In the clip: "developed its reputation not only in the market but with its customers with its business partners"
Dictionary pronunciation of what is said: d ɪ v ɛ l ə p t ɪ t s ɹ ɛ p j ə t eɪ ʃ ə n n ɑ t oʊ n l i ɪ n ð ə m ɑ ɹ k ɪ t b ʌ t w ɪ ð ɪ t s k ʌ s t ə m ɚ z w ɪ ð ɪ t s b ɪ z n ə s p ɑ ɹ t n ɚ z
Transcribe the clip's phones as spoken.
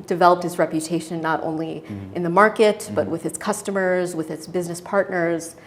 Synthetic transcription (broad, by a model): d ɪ v ɛ l ə p t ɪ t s ɹ ɛ p j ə t eɪ ʃ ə n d t oʊ n l i ɪ n ð ə m ɑ ɹ k ɪ t b ʌ t w ɪ ð ɪ t s k ʌ s t ə m ɚ z w ɪ ð ɪ t s b ɪ z n ə s p ɑ ɹ t n ɚ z